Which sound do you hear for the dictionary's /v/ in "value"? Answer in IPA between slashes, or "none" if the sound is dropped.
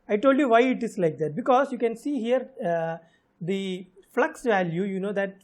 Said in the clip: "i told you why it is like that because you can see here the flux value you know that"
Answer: /v/